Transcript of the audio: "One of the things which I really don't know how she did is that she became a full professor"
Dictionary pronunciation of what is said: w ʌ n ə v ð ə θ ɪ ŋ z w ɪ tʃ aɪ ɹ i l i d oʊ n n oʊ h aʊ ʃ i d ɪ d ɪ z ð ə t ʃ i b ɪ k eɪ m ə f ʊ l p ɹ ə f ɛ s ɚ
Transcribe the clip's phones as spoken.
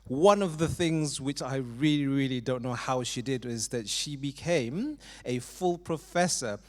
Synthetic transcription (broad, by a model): w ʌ n ə v ð ə θ ɪ ŋ z w ɪ tʃ aɪ ɹ i l i d oʊ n n oʊ h aʊ ʃ i d ɪ d ɪ z ð ə t ʃ i b ɪ k eɪ m ə f ʊ l p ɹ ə f ɛ s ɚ